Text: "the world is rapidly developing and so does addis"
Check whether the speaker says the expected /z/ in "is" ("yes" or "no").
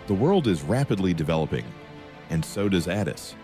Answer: yes